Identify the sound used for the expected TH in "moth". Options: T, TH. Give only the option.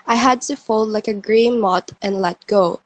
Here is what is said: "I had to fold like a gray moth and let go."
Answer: T